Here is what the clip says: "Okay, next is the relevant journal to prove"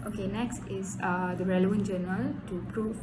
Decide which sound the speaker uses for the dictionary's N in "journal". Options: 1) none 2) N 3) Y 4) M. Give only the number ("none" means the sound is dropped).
1